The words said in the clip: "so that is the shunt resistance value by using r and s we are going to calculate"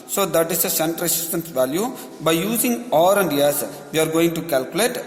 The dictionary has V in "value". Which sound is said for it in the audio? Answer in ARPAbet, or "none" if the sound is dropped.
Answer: V